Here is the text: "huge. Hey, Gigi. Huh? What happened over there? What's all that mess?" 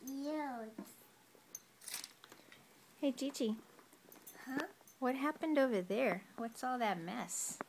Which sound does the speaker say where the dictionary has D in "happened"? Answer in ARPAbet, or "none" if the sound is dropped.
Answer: D